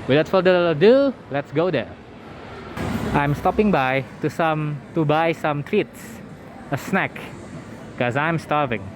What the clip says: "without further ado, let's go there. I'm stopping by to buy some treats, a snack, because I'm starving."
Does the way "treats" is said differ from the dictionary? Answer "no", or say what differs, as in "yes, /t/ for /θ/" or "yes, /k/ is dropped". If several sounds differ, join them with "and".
no